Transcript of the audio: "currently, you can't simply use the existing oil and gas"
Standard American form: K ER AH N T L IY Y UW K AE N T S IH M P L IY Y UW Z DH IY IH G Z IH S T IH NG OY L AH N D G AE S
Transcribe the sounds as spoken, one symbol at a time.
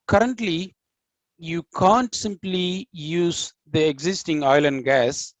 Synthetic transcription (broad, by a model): K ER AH N T L IY Y UW K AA N T S IH M P L IY Y UW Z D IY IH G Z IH S T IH NG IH L AH N D G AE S